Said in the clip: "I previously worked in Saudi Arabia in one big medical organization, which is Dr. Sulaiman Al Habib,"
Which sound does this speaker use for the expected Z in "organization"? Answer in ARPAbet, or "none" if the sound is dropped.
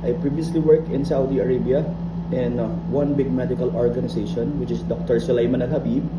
S